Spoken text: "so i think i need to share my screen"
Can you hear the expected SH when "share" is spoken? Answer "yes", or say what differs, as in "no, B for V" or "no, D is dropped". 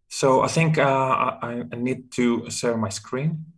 no, S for SH